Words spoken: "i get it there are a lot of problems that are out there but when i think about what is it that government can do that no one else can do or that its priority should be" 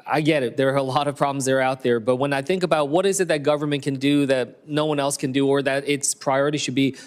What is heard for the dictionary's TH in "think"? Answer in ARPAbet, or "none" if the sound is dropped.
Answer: TH